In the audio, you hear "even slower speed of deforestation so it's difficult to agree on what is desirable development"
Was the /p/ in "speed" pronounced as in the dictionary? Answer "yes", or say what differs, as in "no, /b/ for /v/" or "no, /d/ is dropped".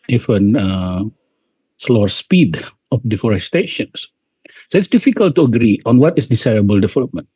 yes